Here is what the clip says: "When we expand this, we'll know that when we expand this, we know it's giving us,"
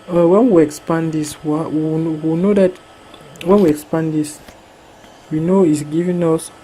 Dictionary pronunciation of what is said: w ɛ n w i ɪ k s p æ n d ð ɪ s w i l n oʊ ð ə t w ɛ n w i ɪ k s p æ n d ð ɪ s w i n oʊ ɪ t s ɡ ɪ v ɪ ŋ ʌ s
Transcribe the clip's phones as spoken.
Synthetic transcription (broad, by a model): w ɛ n w i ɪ k s p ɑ n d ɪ s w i w n oʊ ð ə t w ɛ n w i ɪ k s p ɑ n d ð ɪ s w i n oʊ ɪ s ɡ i v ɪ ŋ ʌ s